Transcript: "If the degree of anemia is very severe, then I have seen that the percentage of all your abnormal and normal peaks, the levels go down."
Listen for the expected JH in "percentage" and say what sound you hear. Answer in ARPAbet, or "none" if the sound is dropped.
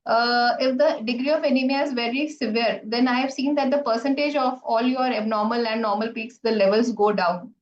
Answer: JH